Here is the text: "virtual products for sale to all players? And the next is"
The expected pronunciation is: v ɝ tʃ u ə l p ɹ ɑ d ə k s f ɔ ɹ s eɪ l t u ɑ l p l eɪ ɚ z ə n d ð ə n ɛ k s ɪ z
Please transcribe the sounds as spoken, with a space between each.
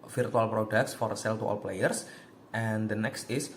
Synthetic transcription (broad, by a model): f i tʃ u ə l p ɹ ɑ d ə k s f ɔ ɹ s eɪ l t u ɑ l p l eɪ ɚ s ə n d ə n ɛ k s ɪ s